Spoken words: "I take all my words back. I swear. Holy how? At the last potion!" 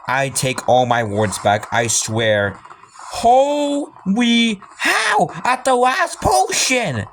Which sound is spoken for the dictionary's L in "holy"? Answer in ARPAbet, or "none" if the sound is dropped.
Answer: W